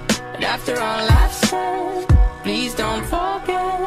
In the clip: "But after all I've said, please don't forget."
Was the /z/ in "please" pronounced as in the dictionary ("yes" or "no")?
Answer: yes